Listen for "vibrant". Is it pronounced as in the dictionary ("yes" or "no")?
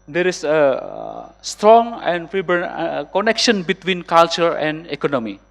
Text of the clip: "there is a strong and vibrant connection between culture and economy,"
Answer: no